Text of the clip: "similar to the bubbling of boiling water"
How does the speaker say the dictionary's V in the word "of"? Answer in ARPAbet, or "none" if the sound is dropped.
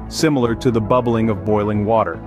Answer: V